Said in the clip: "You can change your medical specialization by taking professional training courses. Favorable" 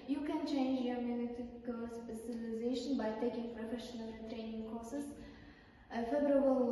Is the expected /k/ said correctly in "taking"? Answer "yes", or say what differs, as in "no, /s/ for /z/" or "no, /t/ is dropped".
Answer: yes